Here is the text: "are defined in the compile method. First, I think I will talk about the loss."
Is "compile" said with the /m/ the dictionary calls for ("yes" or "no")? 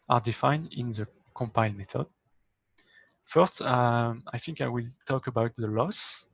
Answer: yes